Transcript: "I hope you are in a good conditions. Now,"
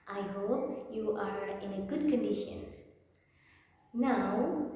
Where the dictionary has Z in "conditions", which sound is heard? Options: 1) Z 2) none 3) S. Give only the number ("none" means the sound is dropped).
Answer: 2